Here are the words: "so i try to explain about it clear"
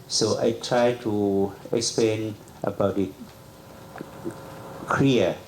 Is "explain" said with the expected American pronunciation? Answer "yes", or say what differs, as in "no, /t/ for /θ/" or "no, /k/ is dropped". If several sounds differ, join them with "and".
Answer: yes